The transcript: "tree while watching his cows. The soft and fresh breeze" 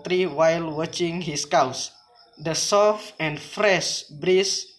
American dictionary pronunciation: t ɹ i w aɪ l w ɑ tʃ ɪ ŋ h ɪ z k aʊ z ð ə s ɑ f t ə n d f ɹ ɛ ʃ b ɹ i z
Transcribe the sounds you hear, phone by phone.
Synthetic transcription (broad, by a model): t ɹ i w aɪ l w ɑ tʃ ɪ ŋ h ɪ s k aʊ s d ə s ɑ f ə n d f ɹ ɛ ʃ b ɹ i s